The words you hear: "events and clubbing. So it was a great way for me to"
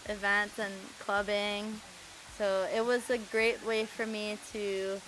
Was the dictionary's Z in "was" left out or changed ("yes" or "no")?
no